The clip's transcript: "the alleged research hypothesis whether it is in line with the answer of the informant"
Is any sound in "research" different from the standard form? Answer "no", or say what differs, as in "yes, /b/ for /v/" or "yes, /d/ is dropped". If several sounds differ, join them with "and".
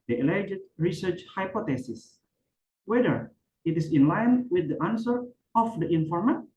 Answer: no